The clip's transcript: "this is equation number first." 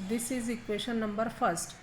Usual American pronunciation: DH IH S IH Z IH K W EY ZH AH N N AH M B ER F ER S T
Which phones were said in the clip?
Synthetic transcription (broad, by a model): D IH S IH Z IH K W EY SH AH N N AH M B ER F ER S T